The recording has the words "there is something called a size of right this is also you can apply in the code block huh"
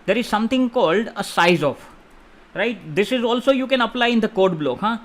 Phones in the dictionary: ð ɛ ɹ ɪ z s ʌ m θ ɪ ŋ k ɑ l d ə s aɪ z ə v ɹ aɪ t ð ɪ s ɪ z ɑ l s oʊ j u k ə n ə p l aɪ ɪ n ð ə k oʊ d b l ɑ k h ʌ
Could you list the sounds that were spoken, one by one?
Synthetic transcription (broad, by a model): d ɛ ɹ ɪ z s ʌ m t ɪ ŋ k ɑ l d ə s aɪ z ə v ɹ aɪ t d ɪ s ɪ z ɑ l s oʊ j u k ə n ə p l aɪ ɪ n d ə k oʊ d b l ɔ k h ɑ